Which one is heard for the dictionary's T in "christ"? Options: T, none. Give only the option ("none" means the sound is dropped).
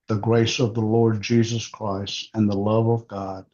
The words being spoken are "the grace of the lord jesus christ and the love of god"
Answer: T